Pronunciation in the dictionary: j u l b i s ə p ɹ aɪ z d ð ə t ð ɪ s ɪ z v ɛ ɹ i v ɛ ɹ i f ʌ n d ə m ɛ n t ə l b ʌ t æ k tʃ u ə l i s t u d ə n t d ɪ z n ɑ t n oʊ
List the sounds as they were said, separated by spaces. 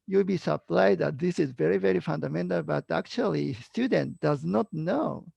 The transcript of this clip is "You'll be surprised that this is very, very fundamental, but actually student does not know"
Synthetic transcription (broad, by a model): j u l b i s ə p l aɪ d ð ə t ð ɪ s ɪ z v ɛ ɹ i v ɛ ɹ i f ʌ n d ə m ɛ n t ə l b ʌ t æ k tʃ u ə l i s t u d ə n t d ɪ z n ɑ t n oʊ